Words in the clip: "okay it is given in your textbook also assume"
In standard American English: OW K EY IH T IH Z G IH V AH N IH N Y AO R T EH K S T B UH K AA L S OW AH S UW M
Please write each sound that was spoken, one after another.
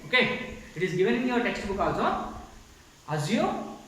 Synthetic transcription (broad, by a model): OW K EY IH T IH Z G IH V AH N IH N Y AO R T EH K S T B UH K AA S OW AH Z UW